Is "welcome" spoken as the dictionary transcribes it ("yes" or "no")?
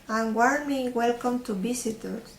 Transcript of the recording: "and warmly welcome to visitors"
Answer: yes